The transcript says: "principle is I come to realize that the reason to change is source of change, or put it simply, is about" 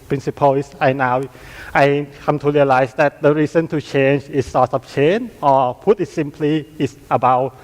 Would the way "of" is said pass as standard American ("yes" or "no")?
no